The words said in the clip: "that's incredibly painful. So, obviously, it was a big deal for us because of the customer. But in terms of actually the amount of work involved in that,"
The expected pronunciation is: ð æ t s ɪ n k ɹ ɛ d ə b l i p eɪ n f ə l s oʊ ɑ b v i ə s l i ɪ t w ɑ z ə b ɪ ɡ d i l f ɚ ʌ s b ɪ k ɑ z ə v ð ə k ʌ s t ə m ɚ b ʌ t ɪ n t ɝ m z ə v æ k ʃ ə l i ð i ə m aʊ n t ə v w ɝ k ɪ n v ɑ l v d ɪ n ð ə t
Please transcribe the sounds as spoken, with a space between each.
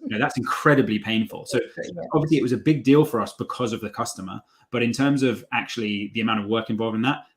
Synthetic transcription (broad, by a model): ð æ t s ɪ n k ɹ ɛ d ə b l i p eɪ n f ə l s oʊ ɑ b v i ə s l i ɪ t w ɑ z ə b ɪ ɡ d i l f ɚ ʌ s b ɪ k ɑ z ə v ð ə k ʌ s t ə m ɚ b ʌ t ɪ n t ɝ m z ə v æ k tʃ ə l i ð i ə m aʊ n t ə v w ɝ k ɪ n v ɑ l v ɪ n ð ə t